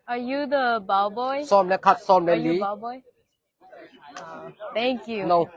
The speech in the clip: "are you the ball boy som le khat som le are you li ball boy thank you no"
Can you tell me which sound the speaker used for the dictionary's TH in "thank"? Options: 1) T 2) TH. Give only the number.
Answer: 1